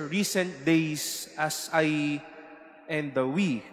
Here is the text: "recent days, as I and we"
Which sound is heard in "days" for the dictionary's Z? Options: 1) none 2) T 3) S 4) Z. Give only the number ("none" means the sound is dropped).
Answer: 3